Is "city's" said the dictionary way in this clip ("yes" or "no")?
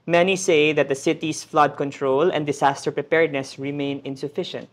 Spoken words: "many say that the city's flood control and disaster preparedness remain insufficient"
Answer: no